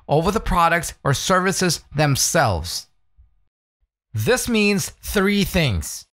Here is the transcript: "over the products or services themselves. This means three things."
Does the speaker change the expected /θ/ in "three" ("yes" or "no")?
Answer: no